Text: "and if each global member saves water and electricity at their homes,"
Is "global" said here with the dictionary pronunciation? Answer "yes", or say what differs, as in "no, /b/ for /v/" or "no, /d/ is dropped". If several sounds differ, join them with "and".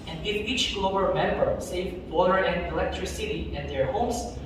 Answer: no, /b/ is dropped